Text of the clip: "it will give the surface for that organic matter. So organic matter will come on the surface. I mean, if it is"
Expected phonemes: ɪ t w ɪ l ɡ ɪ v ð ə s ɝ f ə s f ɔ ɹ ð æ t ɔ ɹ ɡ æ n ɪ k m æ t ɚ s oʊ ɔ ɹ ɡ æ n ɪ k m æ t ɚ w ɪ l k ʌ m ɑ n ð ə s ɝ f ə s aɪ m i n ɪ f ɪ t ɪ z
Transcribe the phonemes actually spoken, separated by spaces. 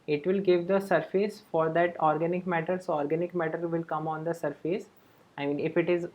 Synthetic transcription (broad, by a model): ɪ t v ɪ l ɡ ɪ v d ə s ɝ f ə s f ɔ ɹ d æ t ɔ ɹ ɡ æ n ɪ k m æ t ɚ s oʊ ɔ ɹ ɡ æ n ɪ k m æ t ɚ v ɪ l k ʌ m ɑ n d ə s ɝ f ə s aɪ m i n ɪ f ɪ t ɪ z